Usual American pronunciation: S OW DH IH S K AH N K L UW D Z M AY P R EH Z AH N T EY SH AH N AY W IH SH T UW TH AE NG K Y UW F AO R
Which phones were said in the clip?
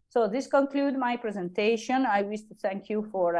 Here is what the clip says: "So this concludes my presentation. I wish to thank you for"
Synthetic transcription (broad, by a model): S OW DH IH S K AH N K L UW D M AY P R EH Z AH N T EY SH AH N AY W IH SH T UW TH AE NG K Y UW F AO R